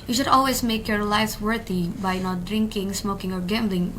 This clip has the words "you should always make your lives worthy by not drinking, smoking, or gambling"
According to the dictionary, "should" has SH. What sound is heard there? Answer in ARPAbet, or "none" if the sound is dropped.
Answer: SH